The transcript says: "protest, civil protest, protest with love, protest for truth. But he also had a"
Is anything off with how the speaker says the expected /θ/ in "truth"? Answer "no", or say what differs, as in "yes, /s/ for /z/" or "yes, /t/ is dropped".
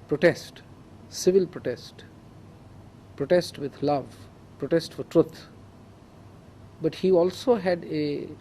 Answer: yes, /t/ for /θ/